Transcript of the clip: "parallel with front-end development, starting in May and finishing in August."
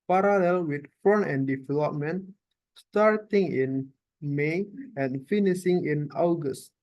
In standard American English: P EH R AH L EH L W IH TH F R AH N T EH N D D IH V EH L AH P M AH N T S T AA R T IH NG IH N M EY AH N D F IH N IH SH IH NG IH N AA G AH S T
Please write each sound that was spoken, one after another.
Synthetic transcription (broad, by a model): P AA R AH L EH L W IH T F AO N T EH N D D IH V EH L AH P M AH N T S T AA R T IH NG IH N M EY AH N F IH N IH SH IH NG IH N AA G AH S T